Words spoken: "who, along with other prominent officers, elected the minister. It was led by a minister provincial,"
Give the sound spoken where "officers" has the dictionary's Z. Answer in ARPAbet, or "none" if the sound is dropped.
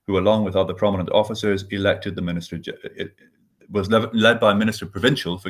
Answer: Z